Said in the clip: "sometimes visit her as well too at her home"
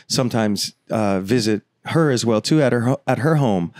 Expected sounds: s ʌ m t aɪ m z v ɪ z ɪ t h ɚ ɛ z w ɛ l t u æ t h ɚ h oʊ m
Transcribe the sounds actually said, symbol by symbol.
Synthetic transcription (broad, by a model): s ʌ m t aɪ m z v ɪ z ɪ t h ɚ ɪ z w ɛ l t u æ t h ɚ h oʊ m